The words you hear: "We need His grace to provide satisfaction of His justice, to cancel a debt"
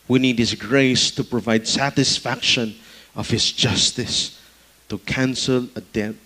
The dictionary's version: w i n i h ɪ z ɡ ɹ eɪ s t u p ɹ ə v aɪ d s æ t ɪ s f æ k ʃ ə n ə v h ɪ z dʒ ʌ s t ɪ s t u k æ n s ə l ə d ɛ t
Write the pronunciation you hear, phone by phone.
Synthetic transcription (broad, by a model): w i n i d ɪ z ɡ ɹ eɪ s t u p ɹ ə v aɪ d s æ t ɪ s f æ k ʃ ə n ə v h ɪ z dʒ ʌ s t ɪ s t u k æ n s ə l ə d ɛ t